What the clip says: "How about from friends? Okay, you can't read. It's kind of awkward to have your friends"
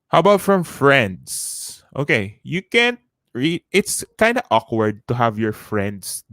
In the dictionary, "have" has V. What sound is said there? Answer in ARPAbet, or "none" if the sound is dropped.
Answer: V